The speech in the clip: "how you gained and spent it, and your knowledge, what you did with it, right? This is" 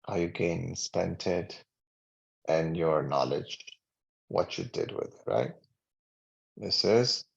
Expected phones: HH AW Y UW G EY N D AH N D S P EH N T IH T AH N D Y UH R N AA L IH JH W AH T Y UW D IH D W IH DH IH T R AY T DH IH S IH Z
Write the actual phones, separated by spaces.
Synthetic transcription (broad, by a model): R Y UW G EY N AH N S P EH N T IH T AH N Y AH R N AA L IH JH W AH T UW D IH D W IH DH IH T R AY T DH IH S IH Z